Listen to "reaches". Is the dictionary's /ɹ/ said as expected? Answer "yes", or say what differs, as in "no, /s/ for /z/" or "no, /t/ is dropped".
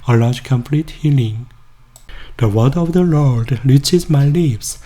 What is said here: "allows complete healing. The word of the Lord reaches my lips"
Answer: no, /l/ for /ɹ/